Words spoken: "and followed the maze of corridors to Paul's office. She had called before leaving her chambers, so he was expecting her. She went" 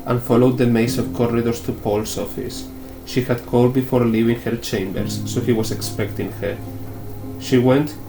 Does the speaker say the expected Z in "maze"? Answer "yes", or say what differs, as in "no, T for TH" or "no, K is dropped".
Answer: no, S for Z